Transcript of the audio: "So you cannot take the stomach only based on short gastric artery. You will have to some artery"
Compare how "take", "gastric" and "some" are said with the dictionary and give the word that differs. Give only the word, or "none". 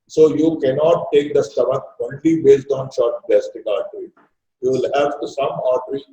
gastric